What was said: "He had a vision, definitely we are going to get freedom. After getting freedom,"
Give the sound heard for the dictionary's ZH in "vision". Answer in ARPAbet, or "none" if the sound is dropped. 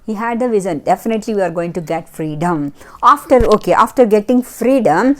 Z